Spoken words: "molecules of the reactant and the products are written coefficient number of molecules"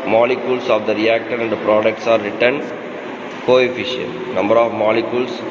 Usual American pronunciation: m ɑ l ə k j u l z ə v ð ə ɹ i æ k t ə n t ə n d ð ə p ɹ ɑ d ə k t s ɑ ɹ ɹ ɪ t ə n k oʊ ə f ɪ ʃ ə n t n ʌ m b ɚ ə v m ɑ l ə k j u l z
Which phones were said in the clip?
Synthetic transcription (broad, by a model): m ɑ l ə k j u l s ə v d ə ɹ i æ k t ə t ə n d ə p ɹ ɑ d ə k t s ɑ ɹ ɹ ɪ t ə n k oʊ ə f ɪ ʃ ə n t n ʌ m b ɚ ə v m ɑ l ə k j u l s